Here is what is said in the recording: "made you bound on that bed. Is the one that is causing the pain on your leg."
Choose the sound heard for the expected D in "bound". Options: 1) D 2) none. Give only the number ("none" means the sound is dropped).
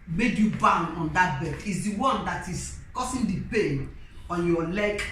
2